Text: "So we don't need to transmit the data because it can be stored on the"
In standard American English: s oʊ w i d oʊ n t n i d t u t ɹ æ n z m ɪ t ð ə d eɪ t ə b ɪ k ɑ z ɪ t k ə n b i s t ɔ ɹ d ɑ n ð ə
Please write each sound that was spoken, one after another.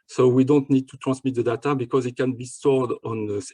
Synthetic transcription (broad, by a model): s oʊ w i d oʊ n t n i d t u t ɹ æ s m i t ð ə d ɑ t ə b ɪ k ɑ z ɪ t k ə n b i s t ɔ ɹ d ɑ n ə